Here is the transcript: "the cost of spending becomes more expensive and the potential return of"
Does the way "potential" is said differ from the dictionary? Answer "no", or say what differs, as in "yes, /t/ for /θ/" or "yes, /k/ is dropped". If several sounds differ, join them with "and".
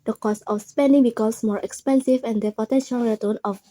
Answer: no